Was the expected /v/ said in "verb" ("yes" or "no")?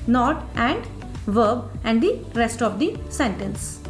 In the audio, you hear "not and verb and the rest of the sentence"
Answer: yes